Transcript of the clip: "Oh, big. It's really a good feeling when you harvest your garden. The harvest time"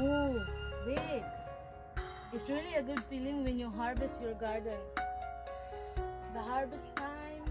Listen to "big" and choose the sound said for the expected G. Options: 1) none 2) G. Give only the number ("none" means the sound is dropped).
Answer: 1